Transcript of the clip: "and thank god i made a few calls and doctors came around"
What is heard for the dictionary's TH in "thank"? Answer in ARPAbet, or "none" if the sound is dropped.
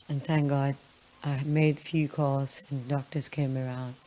TH